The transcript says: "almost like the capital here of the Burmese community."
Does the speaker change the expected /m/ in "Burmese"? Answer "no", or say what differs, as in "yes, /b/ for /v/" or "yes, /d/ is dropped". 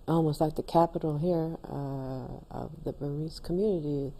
yes, /m/ is dropped